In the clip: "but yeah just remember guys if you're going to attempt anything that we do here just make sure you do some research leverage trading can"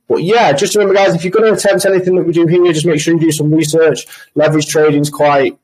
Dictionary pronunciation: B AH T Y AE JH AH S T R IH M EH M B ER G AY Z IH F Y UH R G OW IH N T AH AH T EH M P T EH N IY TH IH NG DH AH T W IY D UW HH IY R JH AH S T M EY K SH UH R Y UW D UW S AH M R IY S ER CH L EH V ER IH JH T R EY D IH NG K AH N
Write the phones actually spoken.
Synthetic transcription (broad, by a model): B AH T Y AE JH AH S T R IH M EH M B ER G AY Z IH F Y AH G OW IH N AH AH T EH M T EH N IY TH IH NG DH AH T W IY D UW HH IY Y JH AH S M EY K SH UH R Y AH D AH S AH M R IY S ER CH L EH V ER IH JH T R EY D IH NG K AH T